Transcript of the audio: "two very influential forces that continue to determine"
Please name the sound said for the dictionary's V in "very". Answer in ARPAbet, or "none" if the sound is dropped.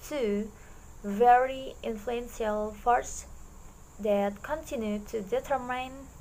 V